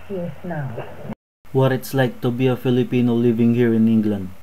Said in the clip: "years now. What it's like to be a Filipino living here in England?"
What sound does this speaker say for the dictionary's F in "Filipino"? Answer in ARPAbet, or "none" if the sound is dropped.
F